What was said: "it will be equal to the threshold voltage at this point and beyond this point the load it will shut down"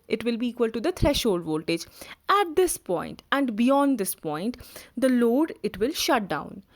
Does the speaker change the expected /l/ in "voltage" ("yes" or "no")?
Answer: no